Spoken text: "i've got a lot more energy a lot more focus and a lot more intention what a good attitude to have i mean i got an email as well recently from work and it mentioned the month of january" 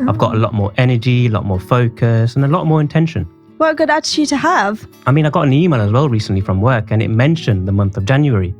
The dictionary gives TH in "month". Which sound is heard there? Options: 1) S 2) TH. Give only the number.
2